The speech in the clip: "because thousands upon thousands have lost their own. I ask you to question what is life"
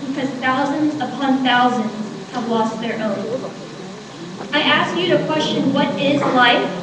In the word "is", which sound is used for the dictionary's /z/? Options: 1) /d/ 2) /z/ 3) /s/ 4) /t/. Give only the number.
2